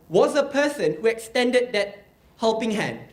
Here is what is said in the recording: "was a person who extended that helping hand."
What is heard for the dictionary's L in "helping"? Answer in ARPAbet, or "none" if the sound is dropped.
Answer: L